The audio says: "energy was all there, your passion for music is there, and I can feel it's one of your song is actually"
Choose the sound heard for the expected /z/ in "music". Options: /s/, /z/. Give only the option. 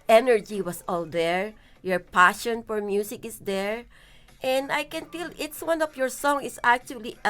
/s/